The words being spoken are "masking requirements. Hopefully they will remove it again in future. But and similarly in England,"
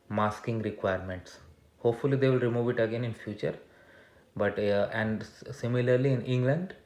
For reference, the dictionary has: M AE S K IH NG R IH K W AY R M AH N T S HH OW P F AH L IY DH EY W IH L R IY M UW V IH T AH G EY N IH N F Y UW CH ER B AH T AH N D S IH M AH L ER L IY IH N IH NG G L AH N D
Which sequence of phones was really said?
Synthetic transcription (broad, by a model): M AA S K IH NG R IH K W AY R M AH N T S HH OW P F AH L IY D EY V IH L R IY M UW V IH T AH G EY N IH N F Y UW CH ER B AH T AH N D S IH M AH L ER L IY IH N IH NG G L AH N D